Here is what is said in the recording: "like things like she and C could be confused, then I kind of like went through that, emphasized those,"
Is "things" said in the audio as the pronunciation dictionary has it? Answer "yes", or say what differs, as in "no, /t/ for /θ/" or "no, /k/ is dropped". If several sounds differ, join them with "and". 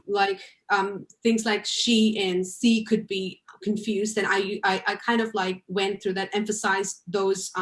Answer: yes